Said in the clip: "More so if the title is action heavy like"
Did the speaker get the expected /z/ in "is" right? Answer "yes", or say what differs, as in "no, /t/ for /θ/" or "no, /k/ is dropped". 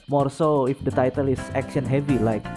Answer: no, /s/ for /z/